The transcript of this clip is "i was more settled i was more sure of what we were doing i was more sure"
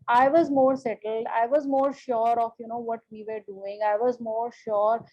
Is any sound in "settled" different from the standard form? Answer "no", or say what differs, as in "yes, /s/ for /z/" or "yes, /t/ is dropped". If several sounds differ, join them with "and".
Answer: no